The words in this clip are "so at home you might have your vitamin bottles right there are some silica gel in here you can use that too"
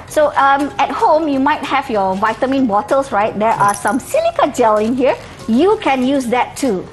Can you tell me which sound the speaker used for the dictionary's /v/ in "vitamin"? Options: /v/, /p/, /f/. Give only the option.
/v/